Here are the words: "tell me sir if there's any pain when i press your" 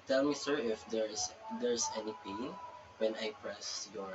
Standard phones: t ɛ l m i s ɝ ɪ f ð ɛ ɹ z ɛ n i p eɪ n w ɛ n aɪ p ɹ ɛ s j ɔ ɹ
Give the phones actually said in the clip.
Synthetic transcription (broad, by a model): t ɛ l m i s ɝ ɪ f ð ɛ ɹ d ɛ n i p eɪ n w ɛ n aɪ p ɹ ɛ s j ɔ ɹ